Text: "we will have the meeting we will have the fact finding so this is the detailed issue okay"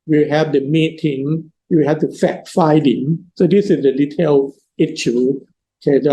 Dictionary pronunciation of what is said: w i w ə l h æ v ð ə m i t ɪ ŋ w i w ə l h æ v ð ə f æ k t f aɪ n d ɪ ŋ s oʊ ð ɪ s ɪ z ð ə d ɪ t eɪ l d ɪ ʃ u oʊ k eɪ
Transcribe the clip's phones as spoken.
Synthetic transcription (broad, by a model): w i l h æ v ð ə m i t ɪ ŋ w i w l h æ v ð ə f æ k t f aɪ d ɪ ŋ s oʊ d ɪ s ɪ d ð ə d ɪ t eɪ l ɪ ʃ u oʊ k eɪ